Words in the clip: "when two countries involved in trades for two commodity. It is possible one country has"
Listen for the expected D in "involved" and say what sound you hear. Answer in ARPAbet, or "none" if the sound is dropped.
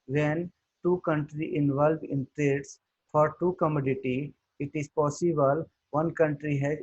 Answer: none